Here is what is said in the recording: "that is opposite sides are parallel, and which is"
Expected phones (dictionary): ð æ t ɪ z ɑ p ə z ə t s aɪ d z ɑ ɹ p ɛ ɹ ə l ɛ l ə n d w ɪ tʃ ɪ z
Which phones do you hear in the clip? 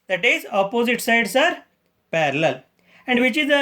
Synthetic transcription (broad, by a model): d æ t ɪ z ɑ p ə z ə t s aɪ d s ɑ ɹ p ɛ ɹ ə l ɛ l ə n d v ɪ tʃ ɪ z